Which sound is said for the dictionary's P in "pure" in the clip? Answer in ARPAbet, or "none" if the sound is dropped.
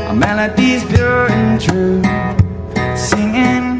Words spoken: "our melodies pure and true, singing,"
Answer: B